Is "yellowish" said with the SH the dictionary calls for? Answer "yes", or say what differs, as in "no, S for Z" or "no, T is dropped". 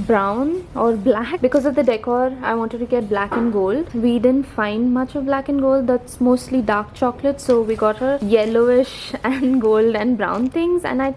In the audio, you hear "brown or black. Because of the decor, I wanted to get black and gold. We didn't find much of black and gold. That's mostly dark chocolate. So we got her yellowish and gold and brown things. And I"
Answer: yes